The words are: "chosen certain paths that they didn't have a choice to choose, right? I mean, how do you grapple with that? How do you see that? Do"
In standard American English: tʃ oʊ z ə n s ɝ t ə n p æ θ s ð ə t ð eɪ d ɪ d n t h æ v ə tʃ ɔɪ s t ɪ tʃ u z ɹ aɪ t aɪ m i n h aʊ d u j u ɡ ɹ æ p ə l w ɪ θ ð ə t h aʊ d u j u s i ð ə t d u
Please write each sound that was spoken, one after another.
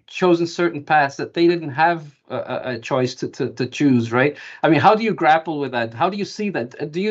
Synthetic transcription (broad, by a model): tʃ oʊ z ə n s ɝ t n p æ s ð ə t ð eɪ d ɪ d n t h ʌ v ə tʃ ɔɪ s t ɪ tʃ u z ɹ aɪ t aɪ m i n h aʊ d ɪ j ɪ ɡ ɹ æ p l w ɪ ð ə t h aʊ d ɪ j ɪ s i ð ə t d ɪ